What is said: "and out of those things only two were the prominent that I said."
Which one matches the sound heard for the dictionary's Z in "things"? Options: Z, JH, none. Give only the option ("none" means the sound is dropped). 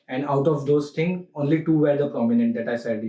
none